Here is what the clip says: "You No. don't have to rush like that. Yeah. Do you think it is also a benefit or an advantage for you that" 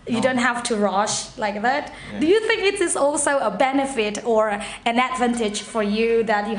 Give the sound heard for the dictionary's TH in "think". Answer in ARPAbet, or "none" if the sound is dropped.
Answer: TH